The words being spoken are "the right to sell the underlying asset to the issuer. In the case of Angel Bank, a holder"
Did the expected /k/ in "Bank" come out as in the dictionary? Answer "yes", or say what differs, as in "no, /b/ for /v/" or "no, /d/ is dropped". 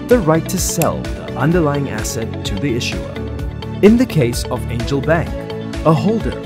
yes